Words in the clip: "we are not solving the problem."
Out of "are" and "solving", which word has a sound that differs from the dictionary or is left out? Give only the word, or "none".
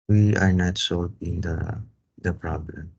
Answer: solving